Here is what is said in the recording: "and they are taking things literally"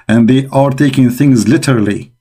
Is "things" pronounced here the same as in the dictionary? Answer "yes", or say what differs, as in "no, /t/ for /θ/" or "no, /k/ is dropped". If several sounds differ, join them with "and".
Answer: yes